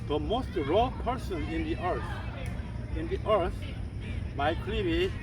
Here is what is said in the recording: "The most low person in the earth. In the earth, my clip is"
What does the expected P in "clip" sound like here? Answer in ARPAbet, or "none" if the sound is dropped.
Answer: B